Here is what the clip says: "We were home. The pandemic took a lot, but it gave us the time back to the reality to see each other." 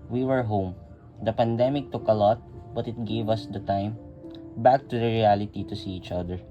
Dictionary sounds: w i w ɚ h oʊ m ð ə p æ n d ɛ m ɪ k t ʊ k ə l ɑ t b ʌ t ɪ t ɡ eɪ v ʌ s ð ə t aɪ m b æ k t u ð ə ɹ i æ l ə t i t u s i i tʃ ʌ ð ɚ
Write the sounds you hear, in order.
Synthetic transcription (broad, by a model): w i w ɚ h oʊ m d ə p æ n d ɛ m ɪ k t ʊ k ə l ɑ t b ʌ t ɪ t ɡ eɪ v ʌ s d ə t aɪ m b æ k t u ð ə ɹ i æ l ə t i t u s i i tʃ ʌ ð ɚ